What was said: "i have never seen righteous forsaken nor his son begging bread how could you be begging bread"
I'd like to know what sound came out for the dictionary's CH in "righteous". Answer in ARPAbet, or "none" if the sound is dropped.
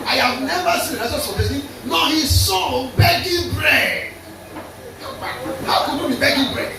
S